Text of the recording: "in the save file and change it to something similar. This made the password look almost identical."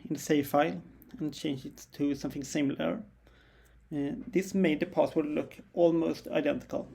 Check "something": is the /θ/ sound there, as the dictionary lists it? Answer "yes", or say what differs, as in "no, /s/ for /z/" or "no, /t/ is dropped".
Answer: yes